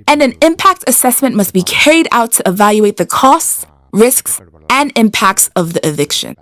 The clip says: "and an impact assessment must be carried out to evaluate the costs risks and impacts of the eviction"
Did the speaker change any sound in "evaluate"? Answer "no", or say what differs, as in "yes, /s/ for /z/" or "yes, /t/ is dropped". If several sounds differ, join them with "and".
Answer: no